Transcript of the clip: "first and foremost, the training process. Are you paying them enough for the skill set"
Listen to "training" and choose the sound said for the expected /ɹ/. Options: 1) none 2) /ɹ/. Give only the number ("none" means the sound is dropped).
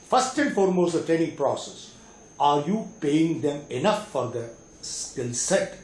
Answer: 1